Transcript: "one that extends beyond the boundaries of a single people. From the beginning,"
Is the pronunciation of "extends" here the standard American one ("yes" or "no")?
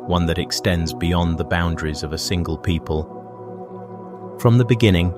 yes